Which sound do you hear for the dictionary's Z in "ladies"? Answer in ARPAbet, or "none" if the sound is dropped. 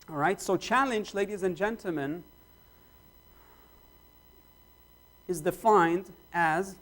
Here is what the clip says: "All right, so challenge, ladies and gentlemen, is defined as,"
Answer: Z